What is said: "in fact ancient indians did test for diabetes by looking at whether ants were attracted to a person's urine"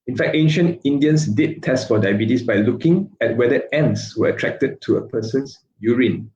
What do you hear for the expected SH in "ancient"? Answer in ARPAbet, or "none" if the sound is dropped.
SH